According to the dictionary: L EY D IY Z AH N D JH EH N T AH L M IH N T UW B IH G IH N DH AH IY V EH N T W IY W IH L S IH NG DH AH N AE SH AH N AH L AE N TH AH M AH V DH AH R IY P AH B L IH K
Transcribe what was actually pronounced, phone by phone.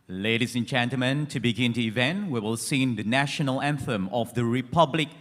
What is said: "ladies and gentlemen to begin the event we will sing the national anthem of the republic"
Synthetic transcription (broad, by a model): L EY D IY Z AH N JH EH N T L M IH N T UW B IH G IH N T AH IY V EH N T W IY W IH L S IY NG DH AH N AE SH AH N AH L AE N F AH M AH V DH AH R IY P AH B L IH K